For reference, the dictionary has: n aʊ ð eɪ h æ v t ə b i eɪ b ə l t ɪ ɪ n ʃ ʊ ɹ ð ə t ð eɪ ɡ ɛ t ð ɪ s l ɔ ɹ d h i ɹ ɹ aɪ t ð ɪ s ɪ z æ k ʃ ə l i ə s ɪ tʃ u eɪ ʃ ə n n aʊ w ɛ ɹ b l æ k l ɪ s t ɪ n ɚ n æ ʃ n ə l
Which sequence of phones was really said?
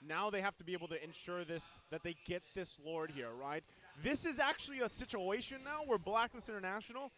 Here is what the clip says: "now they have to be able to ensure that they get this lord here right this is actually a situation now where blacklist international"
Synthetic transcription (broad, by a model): n aʊ ð eɪ h æ f t ə b i eɪ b l t ɪ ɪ n ʃ ʊ ɹ ð ə t ð eɪ ɡ ɛ t ð ɪ s l ɔ ɹ d h i ɹ ɹ aɪ t ð ɪ s ɪ z æ k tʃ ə l i ə s ɪ tʃ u eɪ ʃ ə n n aʊ w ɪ ɹ b l æ k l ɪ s ɪ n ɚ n æ ʃ n l